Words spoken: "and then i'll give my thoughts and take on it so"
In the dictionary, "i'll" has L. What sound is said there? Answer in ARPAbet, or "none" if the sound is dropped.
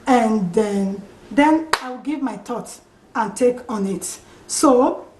W